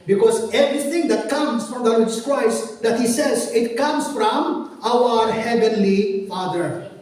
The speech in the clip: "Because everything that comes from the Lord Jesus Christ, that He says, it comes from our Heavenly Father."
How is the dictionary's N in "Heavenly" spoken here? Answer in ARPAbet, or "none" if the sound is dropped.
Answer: N